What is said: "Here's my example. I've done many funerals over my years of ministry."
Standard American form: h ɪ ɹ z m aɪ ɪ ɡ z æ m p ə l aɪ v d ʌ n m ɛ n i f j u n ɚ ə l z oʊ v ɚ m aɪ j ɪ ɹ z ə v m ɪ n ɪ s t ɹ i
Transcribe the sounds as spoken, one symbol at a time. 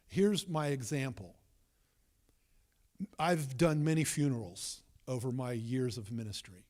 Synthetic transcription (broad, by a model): h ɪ ɹ z m aɪ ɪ ɡ z æ m p l aɪ v d ʌ n m ɛ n i f j u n ɚ l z oʊ v ɚ m aɪ j ɪ ɹ z ə v m ɪ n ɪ s t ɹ i